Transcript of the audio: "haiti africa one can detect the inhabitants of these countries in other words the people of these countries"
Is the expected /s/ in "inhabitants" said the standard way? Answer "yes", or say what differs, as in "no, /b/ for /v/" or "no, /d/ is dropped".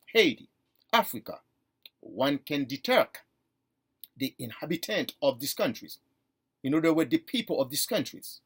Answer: no, /s/ is dropped